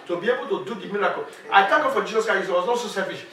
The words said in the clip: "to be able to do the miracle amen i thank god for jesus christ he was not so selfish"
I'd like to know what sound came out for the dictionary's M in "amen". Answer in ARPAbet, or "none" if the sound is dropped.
none